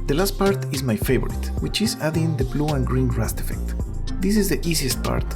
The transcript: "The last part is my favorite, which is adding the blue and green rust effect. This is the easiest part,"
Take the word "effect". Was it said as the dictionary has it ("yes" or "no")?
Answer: yes